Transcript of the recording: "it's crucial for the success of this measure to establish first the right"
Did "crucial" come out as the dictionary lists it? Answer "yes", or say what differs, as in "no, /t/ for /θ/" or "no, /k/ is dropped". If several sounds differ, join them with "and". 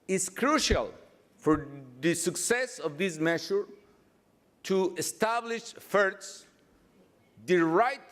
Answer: yes